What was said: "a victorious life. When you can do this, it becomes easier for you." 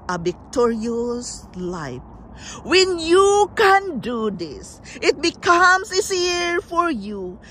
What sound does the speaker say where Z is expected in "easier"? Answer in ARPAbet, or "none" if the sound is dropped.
S